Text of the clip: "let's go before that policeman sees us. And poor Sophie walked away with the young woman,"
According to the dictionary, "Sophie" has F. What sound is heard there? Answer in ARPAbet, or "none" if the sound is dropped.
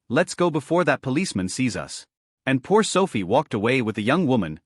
F